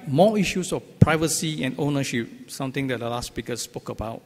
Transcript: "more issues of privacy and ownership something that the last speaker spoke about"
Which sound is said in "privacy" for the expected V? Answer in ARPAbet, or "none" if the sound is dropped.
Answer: V